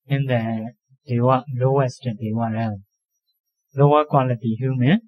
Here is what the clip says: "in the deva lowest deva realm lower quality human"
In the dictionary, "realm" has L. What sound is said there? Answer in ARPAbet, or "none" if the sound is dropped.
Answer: none